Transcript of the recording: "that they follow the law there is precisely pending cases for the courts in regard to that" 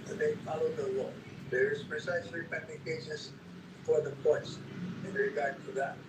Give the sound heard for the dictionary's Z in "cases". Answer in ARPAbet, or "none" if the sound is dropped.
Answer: S